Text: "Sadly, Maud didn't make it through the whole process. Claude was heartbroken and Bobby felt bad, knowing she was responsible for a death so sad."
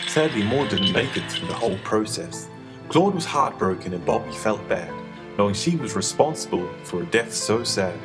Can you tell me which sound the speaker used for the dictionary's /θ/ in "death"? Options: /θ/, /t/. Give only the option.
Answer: /θ/